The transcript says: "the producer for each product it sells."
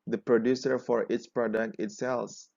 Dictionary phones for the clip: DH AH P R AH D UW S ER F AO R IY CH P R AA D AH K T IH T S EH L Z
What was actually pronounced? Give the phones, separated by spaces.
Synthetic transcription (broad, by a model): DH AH P R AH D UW S ER F AO R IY S P R AA D AH K T IH T S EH L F